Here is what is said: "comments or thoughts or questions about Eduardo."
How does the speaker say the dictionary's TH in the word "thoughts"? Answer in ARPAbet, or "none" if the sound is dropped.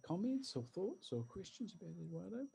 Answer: TH